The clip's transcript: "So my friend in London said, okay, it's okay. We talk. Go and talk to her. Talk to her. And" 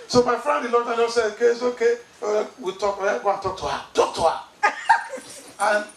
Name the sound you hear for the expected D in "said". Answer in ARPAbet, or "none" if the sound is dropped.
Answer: none